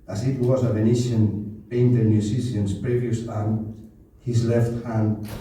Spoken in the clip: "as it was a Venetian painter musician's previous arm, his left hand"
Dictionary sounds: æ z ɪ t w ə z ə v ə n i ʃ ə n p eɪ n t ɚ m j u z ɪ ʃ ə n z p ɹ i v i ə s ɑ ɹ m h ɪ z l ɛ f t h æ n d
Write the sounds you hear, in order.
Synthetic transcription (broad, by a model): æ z ɪ t w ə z ə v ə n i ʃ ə n b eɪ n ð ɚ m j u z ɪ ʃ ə n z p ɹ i v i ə s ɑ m h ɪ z l ɛ f t h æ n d